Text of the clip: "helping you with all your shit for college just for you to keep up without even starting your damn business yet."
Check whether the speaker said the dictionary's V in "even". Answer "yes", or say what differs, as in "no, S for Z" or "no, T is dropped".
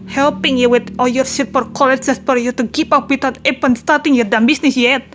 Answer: no, P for V